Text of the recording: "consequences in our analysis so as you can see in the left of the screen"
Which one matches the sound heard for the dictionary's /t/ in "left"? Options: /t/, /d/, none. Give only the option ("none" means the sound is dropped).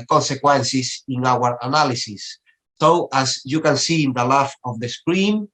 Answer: none